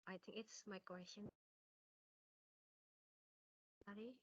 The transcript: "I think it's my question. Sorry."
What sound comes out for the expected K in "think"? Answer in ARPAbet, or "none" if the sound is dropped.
K